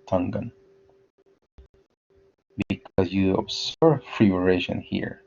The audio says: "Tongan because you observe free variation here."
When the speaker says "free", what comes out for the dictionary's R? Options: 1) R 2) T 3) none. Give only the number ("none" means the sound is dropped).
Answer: 1